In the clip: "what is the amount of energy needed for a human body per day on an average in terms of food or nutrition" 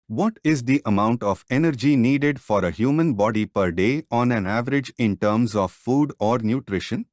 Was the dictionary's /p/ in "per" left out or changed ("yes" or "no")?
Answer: no